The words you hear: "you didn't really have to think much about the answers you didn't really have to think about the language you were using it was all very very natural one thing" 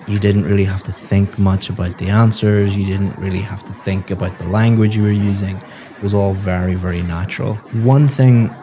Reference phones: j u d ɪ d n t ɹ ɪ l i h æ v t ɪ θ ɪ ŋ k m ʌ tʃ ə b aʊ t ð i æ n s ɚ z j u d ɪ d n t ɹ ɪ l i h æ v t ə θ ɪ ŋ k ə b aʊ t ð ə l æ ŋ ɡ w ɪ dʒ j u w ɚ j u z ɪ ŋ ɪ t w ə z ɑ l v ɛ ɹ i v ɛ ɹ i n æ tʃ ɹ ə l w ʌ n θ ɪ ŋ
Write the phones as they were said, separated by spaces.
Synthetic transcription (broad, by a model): j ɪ d ɪ d n t ɹ ɪ l i h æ f t ɪ θ ɪ ŋ k m ʌ tʃ ə b aʊ t ð i æ n s ɚ z j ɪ d ɪ d n t ɹ ɪ l i h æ f t ə θ ɪ ŋ k ə b aʊ t ð ə l æ ŋ ɡ w ɪ dʒ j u w ɚ j u z ɪ ŋ ɪ t w ə z ɑ l v ɛ ɹ i v ɛ ɹ i n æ tʃ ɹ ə l w ʌ n θ ɪ ŋ